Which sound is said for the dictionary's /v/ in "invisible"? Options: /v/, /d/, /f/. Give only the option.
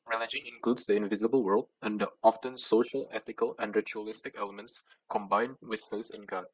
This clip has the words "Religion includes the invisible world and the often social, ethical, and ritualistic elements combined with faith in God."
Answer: /v/